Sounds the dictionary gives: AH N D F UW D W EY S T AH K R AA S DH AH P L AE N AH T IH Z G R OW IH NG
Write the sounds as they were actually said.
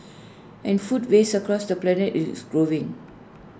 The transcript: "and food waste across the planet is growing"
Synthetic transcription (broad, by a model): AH N F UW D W EY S AH K R AA S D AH P L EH N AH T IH S G R OW IH NG